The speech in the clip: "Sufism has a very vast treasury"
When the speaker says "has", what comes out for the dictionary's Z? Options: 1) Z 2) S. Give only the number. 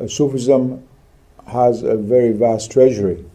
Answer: 1